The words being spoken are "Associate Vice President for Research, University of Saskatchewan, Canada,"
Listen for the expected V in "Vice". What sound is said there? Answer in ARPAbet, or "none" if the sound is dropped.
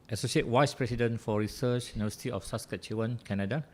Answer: W